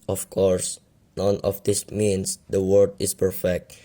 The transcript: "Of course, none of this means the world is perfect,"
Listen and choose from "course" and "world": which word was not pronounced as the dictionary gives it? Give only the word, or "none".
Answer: world